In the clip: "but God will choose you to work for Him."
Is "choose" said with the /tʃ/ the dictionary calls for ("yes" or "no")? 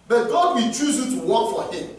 yes